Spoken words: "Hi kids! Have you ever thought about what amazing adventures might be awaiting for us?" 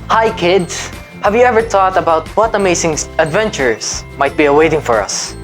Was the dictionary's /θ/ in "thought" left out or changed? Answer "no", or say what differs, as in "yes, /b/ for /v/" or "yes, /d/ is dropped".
yes, /t/ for /θ/